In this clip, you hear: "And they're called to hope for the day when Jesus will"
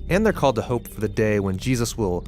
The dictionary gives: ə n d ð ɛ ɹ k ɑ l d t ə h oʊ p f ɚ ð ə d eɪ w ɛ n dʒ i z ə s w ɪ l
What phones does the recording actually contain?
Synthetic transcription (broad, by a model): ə n ð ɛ ɹ k ɑ l d t ə h oʊ p f ɚ ð ə d eɪ w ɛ n dʒ i z ə s w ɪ l